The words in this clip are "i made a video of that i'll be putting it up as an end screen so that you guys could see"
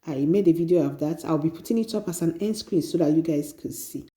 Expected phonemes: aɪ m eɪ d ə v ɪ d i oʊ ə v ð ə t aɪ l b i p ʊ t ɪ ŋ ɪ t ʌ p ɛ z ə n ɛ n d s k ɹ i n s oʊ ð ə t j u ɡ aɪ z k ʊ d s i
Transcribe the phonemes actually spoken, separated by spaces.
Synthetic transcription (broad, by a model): aɪ m eɪ d ə v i d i oʊ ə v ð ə t aɪ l b i p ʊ t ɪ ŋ ɪ t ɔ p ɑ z ə n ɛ n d s k ɹ i n s oʊ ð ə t j u ɡ aɪ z k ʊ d s i